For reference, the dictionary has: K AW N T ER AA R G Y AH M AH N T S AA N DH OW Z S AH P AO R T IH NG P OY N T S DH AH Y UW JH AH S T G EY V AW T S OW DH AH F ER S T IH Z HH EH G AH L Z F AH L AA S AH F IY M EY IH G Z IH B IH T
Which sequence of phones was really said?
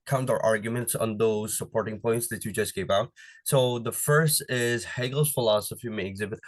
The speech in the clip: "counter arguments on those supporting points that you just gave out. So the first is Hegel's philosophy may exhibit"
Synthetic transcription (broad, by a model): K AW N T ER AA R G Y AH M AH N T S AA N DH OW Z S AH P AO R T IH NG P OY N T S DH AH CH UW JH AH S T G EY P AW T S OW DH AH F ER S T IH Z HH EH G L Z F AH L AA S AH F IY M EY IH G Z IH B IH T